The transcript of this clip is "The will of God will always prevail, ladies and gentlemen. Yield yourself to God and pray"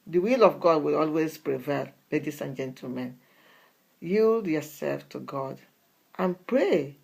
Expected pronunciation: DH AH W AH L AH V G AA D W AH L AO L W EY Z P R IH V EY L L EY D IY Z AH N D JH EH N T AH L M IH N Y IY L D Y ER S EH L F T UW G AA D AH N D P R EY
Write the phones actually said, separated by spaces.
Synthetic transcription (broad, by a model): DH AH W AH L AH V G AA D W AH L AO L W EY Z P R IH V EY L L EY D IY S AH N JH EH N T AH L M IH N Y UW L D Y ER S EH L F T UW G AA D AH N P R EY